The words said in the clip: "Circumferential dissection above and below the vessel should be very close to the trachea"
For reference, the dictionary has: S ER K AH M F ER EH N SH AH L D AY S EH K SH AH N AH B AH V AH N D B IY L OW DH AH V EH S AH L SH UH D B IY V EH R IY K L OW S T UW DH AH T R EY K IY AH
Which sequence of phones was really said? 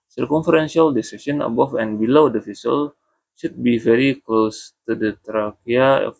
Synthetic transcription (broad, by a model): S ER K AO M F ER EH N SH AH L D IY S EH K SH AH N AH B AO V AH N B IY L OW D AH F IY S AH L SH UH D B IY V EH R IY K L OW S T UW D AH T R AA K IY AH